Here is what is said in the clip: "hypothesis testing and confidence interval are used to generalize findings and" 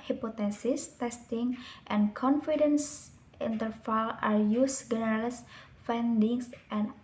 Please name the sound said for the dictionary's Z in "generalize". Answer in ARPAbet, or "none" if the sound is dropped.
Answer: S